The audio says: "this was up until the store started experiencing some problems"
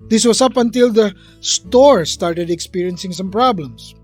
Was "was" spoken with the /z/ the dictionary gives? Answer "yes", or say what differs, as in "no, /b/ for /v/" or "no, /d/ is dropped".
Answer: no, /s/ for /z/